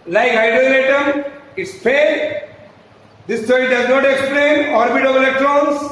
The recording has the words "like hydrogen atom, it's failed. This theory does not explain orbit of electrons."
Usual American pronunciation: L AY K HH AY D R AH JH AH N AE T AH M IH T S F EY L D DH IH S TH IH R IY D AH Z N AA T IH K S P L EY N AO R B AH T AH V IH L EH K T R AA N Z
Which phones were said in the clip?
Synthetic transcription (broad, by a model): L AY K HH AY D AH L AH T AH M IH T S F EY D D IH S T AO R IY D AH Z N AA T IH K S P L EY N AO R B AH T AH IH L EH K T R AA N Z